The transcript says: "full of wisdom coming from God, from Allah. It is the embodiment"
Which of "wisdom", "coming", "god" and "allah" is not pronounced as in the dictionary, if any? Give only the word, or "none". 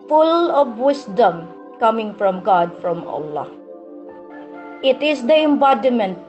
wisdom